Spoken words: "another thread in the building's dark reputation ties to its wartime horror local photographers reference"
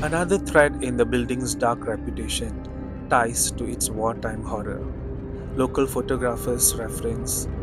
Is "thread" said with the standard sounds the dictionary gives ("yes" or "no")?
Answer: no